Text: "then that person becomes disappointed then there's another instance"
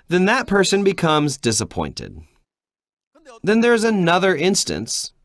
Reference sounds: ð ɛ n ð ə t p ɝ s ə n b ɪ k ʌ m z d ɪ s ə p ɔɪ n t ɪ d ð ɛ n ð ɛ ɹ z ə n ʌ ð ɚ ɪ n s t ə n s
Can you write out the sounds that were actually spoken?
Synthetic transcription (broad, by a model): ð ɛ n ð ə t p ɝ s ə n b ɪ k ʌ m z d ɪ s ə p ɔɪ n t ɪ d ð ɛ n ð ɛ ɹ z ə n ʌ ð ɚ ɪ n s t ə n s